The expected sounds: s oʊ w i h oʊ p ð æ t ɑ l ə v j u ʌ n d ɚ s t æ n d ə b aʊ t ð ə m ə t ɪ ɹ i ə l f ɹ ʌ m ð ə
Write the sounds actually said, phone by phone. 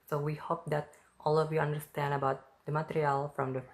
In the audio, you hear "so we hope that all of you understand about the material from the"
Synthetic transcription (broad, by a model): s oʊ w i h oʊ p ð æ t ɑ l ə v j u ʌ n d ɚ s t æ n d ə b aʊ t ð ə m ə t ɪ ɹ i ə l f ɹ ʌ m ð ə